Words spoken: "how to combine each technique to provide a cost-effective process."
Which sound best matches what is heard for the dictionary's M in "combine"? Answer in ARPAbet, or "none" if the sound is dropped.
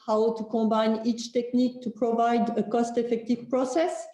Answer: none